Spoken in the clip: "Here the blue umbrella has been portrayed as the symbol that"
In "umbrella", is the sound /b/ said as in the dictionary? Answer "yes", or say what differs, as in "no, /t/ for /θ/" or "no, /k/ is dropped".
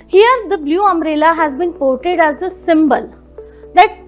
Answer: no, /b/ is dropped